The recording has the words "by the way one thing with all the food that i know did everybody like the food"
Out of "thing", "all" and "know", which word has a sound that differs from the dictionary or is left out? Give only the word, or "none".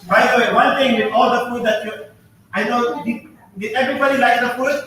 thing